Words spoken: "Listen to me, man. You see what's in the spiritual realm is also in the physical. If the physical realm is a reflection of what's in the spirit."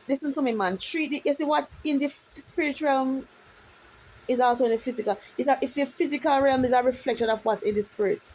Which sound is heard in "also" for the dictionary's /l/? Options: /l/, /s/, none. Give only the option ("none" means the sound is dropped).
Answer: /l/